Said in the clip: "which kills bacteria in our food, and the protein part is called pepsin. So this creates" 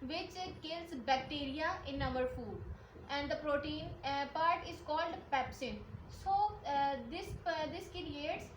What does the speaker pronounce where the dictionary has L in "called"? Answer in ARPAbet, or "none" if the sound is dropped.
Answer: L